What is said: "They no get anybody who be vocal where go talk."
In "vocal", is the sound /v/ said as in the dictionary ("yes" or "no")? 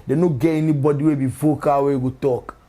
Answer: no